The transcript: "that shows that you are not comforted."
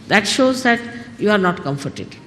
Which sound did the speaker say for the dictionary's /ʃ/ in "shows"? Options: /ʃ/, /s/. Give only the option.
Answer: /ʃ/